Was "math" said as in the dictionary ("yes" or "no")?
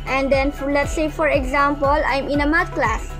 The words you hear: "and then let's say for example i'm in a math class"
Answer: no